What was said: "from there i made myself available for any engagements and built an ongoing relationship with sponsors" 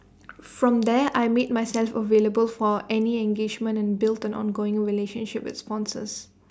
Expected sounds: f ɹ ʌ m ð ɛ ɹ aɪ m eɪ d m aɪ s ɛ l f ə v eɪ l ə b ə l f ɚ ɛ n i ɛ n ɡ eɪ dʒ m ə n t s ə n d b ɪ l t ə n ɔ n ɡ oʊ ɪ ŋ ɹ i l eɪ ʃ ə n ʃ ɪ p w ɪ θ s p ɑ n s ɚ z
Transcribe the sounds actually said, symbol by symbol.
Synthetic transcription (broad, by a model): f ɹ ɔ m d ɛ aɪ m eɪ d m aɪ s ɛ l f ə v eɪ l ə b ə l f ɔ ɛ n i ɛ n ɡ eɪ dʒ m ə n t ə n b ɪ l t ə n ɔ n ɡ oʊ ɪ ŋ ɹ i l eɪ ʃ ə n ʃ ɪ p w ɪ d s p ɑ n s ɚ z